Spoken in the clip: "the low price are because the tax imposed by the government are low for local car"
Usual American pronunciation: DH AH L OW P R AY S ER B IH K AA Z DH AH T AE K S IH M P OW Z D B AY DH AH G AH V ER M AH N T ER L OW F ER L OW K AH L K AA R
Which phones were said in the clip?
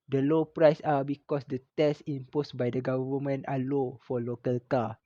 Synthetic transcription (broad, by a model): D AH L OW P R AY S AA B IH K AA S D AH T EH S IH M P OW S B AY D AH G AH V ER M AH N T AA L OW F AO L OW K AH L K AA